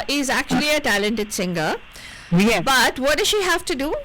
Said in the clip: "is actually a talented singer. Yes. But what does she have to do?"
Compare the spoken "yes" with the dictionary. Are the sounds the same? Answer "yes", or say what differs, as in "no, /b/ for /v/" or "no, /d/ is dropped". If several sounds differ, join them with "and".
no, /s/ is dropped